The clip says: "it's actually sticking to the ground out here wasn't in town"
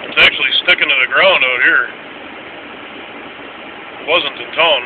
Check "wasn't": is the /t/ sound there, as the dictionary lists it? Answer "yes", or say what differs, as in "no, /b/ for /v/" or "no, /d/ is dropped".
yes